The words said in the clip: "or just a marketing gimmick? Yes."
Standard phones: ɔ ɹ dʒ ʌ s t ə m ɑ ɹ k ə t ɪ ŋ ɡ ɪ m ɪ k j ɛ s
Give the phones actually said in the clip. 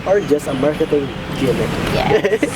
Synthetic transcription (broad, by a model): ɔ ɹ dʒ ʌ s t ə m ɑ ɹ k ə t ɪ ŋ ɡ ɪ ɪ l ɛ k